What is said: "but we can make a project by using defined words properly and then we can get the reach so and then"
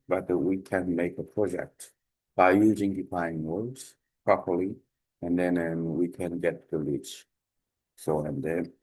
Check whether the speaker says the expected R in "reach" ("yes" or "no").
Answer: no